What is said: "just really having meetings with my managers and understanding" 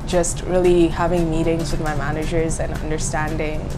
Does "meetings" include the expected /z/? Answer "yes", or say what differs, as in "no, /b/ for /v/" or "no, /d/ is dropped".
yes